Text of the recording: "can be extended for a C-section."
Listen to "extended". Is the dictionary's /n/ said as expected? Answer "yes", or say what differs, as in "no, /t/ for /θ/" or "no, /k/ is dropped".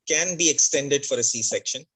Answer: yes